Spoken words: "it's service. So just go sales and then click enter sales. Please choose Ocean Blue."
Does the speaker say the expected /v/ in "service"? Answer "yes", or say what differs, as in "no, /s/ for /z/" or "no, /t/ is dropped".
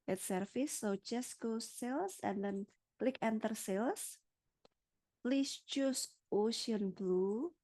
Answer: no, /f/ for /v/